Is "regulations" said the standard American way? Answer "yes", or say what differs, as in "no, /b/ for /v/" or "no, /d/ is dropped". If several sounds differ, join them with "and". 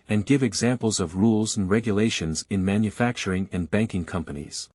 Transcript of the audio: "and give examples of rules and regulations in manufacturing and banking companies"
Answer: yes